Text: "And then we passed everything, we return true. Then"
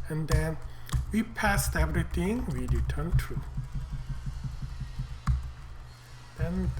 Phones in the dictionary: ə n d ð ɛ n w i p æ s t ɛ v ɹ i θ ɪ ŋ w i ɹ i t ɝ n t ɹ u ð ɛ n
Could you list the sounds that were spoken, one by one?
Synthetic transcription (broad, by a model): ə n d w i p æ s t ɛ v ɹ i t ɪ ŋ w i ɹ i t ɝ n t ɹ u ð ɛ n